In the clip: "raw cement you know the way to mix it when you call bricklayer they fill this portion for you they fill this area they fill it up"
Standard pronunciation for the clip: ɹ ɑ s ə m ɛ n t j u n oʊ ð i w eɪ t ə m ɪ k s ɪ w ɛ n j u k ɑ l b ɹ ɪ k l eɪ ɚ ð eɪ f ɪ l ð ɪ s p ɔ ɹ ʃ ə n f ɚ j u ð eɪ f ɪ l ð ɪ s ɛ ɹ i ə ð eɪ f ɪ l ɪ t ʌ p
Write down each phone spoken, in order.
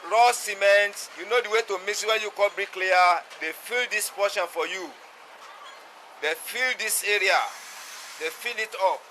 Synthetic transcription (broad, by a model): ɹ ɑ s ə m ɛ n t j u n oʊ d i w eɪ t ə m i s ɪ w ɛ n j u k ɑ l b ɹ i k l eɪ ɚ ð eɪ f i l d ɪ s p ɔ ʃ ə n f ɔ j u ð eɪ f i l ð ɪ s ɛ ɹ i ə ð eɪ f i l ɪ t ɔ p